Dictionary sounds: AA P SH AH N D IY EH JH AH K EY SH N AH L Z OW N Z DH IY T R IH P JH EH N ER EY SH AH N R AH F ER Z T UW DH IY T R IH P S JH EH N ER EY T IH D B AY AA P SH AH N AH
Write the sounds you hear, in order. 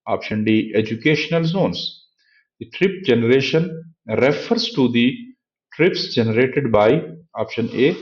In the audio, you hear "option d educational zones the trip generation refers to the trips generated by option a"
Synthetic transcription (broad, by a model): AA P SH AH N D IY EH JH AH K EY SH N AH L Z OW N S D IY T R IH P JH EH N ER EY SH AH N R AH F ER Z T UW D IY T R IH P S JH EH N ER EY T IH D B AY AA P SH AH N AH